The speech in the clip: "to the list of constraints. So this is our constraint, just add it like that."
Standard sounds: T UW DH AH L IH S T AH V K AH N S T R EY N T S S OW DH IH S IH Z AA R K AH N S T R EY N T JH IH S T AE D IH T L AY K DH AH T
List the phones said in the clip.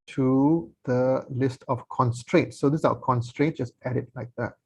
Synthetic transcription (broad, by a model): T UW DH AH L IH S T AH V K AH N S T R EY N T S S OW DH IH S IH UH K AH N S T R EY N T JH IH S T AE D IH T L AY K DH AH T